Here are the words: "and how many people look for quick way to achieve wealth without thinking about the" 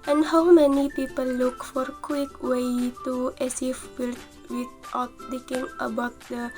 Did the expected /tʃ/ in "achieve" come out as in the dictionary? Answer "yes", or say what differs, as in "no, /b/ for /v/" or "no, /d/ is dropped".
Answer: no, /s/ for /tʃ/